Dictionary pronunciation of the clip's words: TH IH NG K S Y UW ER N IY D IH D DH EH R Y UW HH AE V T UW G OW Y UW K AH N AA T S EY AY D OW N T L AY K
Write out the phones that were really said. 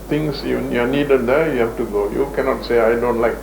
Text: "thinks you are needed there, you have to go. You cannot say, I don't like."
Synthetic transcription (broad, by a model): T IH NG S Y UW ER N IY D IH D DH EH Y UW HH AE F T UW G OW Y UW K AH N AA T S EY AY D OW N T L AY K